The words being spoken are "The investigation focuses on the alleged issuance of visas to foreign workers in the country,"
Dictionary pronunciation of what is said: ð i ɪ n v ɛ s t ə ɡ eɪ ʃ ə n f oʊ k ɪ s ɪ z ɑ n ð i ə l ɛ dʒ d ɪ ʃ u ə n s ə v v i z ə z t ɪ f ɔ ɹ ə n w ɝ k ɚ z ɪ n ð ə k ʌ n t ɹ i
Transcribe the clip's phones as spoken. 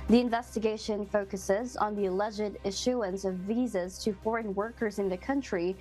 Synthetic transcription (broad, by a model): ð i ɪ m v ɛ s t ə ɡ eɪ ʃ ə n f oʊ k ɪ s ɪ z n ð i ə l ɛ dʒ d ɪ ʃ u ə n s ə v v i z ə z t ɪ f ɔ ɹ ə n w ɝ k ɚ z ɪ n ð ə k ʌ n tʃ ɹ i